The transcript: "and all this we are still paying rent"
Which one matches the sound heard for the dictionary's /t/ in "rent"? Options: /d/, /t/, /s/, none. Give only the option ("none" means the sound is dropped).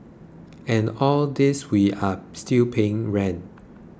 none